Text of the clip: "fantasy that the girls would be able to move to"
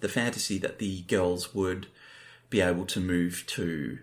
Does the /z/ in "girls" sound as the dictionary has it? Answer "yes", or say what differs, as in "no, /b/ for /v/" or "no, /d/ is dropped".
yes